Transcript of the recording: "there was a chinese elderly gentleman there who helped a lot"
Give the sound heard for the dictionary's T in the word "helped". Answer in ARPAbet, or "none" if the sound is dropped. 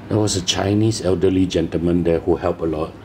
none